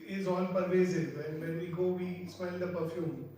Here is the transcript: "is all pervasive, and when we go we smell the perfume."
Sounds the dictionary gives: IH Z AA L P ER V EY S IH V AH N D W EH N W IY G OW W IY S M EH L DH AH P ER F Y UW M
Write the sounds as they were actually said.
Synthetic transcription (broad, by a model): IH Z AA N P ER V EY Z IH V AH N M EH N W IY G OW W IY S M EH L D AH P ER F Y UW M